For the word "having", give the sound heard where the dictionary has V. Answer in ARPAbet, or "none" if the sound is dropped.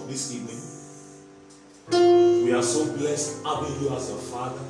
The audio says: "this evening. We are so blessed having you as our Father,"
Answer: B